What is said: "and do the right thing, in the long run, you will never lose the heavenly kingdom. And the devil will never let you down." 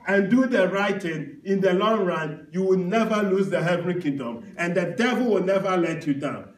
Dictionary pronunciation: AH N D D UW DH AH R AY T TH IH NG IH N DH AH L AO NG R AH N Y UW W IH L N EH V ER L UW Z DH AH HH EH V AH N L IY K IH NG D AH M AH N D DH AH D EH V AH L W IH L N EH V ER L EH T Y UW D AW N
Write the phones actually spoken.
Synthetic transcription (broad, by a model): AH N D D UW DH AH R AY T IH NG IH N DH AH L AO NG R AH N Y UW W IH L N EH V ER L UW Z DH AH HH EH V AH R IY K IH NG D AH M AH N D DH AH D EH V AH L W IH L N EH V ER L EH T Y UW D AW N